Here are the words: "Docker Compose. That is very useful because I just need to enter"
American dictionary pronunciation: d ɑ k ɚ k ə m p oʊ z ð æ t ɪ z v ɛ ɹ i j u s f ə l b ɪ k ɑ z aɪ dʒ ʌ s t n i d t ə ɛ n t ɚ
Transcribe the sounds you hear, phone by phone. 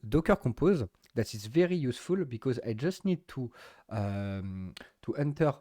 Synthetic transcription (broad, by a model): d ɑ k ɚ k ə p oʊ z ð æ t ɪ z v ɛ ɹ i j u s f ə l b ɪ k ɑ z aɪ dʒ ʌ s t n i d t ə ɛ n t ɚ